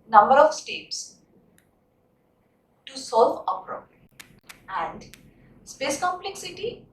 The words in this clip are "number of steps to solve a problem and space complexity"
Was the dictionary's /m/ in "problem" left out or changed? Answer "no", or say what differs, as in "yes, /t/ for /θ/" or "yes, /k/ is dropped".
yes, /m/ is dropped